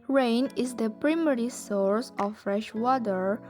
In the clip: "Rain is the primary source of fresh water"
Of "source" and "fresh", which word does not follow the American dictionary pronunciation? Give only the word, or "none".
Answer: none